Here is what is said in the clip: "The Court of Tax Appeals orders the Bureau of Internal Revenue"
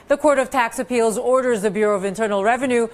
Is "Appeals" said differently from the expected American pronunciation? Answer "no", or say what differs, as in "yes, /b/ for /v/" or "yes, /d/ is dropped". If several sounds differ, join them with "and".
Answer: no